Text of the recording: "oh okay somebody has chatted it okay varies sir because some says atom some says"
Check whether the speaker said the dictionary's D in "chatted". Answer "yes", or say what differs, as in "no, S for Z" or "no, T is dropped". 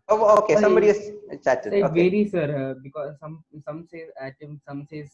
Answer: no, D is dropped